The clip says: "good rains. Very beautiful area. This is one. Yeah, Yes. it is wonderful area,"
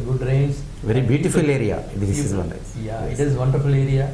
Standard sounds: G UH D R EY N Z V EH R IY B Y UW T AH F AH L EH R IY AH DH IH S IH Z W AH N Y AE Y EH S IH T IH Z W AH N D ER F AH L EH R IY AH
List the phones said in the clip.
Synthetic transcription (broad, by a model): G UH D R EY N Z V EH R IY B Y UW T AH F AH L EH R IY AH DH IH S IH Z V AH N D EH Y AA IH T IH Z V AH N D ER F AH L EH R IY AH